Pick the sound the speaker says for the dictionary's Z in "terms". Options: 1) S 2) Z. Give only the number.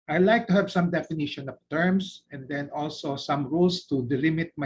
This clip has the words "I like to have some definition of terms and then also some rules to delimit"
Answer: 1